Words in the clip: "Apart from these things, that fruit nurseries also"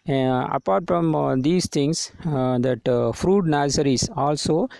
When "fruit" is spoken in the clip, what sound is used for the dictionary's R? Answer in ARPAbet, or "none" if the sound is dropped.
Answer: R